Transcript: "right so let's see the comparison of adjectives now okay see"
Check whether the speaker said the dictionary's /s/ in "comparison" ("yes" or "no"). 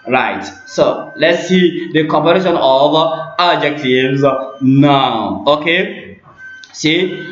no